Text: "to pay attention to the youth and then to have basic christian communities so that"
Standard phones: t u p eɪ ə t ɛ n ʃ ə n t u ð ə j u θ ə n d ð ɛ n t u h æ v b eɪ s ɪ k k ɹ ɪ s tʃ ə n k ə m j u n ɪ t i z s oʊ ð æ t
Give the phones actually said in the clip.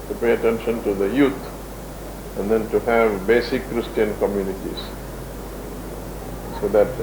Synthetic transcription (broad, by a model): t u p eɪ ə t ɛ n ʃ ə n t u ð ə j u t ə n d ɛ n t u h æ v b eɪ s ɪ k k ɹ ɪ s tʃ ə n k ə m j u n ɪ t i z s oʊ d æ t